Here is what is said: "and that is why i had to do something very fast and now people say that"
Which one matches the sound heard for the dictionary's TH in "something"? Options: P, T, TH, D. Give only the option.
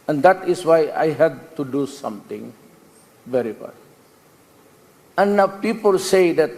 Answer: T